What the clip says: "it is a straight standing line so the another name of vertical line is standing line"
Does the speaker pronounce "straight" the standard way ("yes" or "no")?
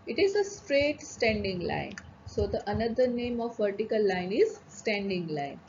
yes